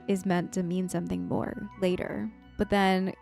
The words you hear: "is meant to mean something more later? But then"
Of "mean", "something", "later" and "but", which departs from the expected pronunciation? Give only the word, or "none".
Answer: none